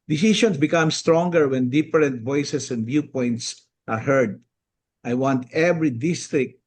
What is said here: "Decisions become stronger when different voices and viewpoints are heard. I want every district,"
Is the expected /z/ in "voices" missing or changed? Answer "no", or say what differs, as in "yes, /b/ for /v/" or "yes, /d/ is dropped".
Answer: yes, /s/ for /z/